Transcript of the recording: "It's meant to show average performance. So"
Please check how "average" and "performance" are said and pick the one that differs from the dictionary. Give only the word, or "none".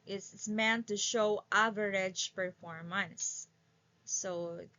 performance